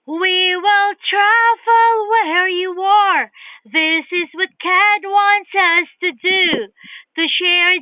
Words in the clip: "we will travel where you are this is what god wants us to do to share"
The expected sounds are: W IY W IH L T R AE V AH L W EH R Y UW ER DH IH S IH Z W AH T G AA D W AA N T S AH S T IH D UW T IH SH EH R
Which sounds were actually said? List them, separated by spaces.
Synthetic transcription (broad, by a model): W IY W IH L T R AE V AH L W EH R Y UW ER DH IH S IH Z W AH T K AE D W AA N T S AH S T IH D UW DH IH SH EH R